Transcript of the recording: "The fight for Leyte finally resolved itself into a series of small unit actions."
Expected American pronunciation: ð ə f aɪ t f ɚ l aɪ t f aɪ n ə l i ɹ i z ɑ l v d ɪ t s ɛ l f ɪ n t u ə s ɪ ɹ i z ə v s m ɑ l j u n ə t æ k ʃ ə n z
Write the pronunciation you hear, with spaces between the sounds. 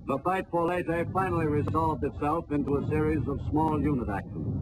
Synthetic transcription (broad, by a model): ð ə f aɪ t f ɚ l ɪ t f aɪ n l i ɹ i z ɑ l v d ɪ t s ɛ l f ɪ n t u ə s ɪ ɹ i z ə v s m ɑ l j u n ə t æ k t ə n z